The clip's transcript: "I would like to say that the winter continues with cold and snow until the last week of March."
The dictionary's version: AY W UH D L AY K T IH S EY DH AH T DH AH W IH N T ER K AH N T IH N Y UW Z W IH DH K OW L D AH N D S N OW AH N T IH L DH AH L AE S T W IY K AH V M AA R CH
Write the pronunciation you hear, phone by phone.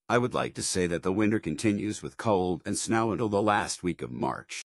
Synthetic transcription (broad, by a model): AY W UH D L AY K T IH S EY DH AH T DH AH W IH N T ER K AH N T IH N Y UW Z W IH DH K OW L D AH N S N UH AH N T IH L DH AH L AE S T W IY K AH V M AA R CH